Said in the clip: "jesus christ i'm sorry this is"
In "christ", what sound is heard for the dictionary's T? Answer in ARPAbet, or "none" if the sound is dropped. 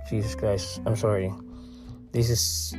none